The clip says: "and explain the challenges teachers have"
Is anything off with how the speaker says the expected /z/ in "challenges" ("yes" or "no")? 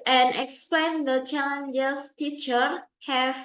yes